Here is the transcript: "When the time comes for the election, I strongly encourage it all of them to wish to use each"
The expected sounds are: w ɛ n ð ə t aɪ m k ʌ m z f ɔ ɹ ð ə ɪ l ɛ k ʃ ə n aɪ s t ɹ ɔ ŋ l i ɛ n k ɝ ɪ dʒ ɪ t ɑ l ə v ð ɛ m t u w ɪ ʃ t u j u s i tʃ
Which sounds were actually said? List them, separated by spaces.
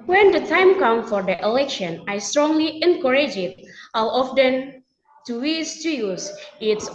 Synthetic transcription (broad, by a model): w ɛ n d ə t aɪ m k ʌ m f ɔ ɹ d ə ɪ l ɛ k ʃ ə n aɪ s t ɹ ɔ ŋ l i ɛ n k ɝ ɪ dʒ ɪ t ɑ w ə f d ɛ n t u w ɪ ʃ t u j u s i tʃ